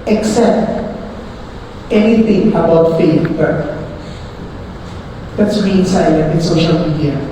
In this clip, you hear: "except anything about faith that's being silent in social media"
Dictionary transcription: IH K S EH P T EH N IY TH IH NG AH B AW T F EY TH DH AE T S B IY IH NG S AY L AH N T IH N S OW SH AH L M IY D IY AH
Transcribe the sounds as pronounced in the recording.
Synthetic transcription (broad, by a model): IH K S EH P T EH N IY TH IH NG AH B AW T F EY F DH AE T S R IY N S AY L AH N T IH N S OW SH AH L M IY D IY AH